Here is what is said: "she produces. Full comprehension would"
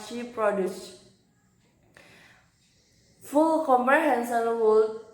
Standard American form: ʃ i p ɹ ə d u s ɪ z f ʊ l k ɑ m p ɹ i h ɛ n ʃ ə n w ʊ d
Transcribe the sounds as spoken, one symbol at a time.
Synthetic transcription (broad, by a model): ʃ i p ɹ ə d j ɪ s f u l k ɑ m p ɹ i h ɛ n s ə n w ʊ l